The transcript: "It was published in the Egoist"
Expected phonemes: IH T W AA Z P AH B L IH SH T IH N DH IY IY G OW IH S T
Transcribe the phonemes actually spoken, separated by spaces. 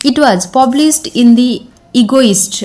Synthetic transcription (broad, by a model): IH T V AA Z P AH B L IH S T IH N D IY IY G OW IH S T